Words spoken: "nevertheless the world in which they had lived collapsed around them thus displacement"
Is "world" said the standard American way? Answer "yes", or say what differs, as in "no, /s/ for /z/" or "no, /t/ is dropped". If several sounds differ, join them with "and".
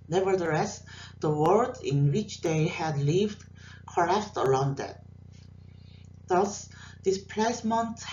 no, /l/ is dropped